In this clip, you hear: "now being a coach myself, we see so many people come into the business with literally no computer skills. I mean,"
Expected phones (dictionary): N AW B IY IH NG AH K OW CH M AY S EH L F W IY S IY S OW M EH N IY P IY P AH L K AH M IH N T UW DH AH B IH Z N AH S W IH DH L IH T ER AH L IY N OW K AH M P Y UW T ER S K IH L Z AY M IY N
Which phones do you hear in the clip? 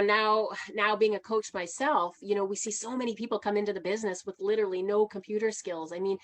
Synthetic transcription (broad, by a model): N AW B IY IH NG AH K OW CH M AY S EH L F W IY S IY S OW M EH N IY P IY P L K AH M IH N T UW DH AH B IH Z N AH S W IH DH L IH T ER L IY N OW K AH M P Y UW T ER S K IH L Z AY M IY N